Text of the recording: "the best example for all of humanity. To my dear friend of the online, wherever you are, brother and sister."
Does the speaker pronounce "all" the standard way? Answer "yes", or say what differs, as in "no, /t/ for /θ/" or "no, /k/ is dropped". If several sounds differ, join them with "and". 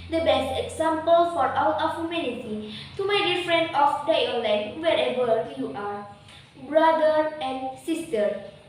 no, /w/ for /l/